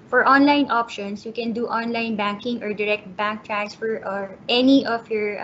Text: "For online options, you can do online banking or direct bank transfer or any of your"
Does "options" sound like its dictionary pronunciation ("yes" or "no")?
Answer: no